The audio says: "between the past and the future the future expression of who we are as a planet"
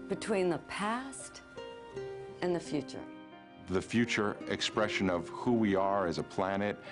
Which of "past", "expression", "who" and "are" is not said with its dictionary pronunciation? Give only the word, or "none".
none